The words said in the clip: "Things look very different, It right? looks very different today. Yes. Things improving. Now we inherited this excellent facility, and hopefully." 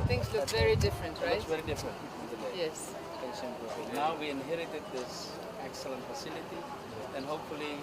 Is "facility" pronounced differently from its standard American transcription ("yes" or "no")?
no